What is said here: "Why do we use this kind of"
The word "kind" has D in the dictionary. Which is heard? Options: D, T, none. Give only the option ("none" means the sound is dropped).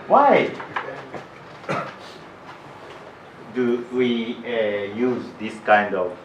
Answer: D